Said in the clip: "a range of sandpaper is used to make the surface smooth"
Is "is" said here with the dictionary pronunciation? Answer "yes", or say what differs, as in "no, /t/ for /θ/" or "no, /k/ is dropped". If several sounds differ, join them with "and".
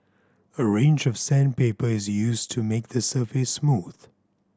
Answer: yes